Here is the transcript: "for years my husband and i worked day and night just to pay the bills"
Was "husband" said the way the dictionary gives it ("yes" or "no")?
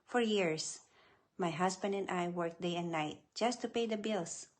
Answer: no